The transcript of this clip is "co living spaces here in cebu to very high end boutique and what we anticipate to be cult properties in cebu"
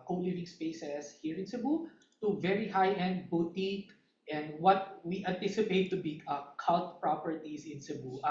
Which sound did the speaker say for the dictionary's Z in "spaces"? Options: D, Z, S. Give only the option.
S